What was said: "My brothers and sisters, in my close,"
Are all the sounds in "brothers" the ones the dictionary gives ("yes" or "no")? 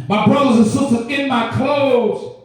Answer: yes